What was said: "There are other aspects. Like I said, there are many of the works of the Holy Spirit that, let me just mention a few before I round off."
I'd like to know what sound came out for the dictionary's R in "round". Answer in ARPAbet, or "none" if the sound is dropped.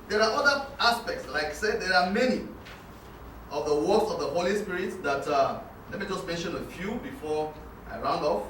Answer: R